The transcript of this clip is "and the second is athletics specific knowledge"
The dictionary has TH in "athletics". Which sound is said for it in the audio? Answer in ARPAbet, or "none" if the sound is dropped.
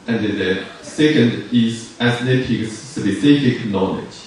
S